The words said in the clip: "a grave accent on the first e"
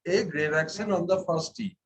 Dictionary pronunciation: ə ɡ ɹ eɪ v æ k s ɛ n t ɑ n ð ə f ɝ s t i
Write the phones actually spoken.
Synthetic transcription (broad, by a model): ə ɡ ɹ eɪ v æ k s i n ɑ n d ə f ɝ s t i